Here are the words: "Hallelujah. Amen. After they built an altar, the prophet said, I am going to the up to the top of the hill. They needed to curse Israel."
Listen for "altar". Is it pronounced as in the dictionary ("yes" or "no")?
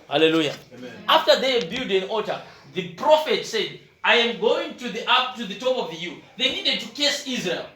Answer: no